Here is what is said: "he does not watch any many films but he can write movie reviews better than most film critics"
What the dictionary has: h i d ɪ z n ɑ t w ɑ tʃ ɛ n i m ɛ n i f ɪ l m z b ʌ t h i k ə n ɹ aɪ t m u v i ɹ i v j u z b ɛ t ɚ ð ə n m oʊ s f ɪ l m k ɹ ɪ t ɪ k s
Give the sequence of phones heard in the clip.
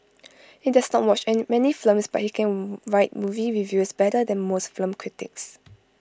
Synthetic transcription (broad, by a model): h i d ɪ s n ɑ t w ɑ tʃ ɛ n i m ɛ n i f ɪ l m s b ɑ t h i k ə n ɹ aɪ t m u v i w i v j u s b ɛ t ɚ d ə n m oʊ s f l m k ɹ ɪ t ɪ k s